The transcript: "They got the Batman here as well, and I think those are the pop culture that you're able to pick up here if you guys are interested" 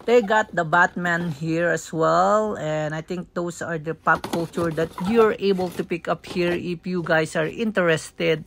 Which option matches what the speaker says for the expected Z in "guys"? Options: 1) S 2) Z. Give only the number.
1